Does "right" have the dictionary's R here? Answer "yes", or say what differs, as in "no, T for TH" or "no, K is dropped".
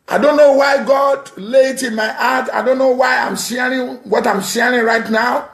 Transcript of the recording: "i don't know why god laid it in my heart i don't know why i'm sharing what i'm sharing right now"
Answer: yes